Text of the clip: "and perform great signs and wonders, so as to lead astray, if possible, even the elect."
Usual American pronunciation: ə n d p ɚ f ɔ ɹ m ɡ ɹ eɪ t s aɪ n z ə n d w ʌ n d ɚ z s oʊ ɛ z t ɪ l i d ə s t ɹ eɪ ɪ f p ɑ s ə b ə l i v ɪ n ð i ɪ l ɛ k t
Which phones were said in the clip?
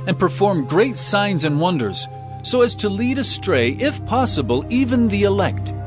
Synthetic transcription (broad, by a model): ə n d p ɚ f ɔ ɹ m ɡ ɹ eɪ t s aɪ n z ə n w ʌ n d ɚ z s oʊ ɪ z t ɪ l i d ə s t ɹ eɪ ɪ f p ɑ s ə b ə l i v ɪ n ð i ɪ l ɛ k t